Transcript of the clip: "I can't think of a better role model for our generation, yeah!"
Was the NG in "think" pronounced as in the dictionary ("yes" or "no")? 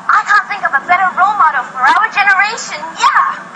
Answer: yes